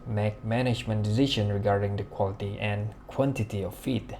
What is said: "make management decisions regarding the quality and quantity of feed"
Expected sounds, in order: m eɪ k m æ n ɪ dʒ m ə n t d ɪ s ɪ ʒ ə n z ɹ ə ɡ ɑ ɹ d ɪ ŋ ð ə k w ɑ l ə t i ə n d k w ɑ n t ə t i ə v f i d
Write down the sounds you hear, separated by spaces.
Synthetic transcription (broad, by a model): m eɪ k m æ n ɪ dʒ m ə n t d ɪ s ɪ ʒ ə n ɹ ə ɡ ɑ ɹ d ɪ ŋ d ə k w ɑ l ə t i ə n k w ɑ n t ə t i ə f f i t